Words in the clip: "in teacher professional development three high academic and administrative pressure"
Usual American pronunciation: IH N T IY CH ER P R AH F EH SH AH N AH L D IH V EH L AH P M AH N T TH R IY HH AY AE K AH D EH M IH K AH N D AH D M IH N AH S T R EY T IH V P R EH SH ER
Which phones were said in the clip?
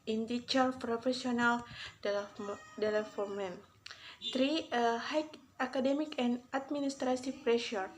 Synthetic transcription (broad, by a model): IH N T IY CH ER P R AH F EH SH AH N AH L D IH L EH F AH M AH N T R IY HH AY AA K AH D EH M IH K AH N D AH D M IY N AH S T R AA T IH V P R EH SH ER